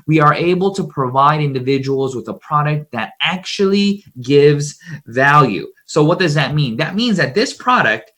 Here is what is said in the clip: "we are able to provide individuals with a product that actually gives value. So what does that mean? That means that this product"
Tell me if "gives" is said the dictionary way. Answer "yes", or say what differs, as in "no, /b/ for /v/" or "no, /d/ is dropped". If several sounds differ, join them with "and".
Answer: yes